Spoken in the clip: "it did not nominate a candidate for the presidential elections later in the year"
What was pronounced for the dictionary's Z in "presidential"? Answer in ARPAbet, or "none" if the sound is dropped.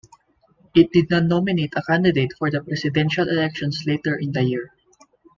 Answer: S